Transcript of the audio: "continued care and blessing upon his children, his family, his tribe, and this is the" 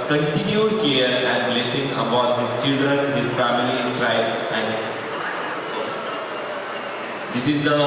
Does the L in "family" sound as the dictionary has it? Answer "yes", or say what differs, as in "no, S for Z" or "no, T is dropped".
no, L is dropped